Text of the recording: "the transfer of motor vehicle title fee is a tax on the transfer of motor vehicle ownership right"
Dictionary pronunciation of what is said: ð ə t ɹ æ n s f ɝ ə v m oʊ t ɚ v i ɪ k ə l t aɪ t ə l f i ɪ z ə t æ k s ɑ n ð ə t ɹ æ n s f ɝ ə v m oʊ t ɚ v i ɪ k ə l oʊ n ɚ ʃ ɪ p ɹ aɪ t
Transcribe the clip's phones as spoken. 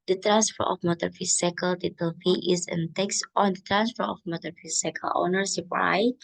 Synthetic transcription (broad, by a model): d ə t ɹ æ n s f ɝ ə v m oʊ t ɚ f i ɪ k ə l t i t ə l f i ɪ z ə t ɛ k s ɑ n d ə t ɹ æ n s f ɝ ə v m oʊ t ɚ f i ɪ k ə l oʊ n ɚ s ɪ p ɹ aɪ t